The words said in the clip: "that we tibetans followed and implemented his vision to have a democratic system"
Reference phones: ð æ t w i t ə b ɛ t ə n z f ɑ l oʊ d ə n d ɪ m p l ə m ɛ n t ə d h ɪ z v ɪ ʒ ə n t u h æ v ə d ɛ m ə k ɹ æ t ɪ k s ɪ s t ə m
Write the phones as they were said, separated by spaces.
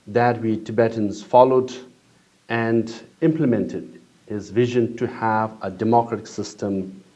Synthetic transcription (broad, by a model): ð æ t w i t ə b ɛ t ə n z f ɑ l oʊ d ə n d ɪ m p l ə m ɛ n t ə d h ɪ z v ɪ ʒ ə n t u h æ v ə d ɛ m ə k ɹ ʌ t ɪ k s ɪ s t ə m